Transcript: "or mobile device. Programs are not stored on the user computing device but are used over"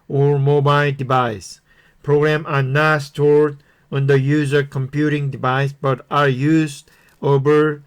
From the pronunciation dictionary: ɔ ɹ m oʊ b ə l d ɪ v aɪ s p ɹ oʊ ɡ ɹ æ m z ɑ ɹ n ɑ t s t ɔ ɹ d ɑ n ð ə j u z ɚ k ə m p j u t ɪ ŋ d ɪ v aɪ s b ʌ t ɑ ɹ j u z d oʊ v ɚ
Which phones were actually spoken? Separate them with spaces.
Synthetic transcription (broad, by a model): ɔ ɹ m oʊ b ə l d ɪ v aɪ s p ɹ oʊ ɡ ɹ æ m ɑ ɹ n ɑ t s t ɔ ɹ d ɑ n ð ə j u z ɚ k ə m p j u t ɪ ŋ d ɪ v aɪ s b ʌ t ɑ ɹ j u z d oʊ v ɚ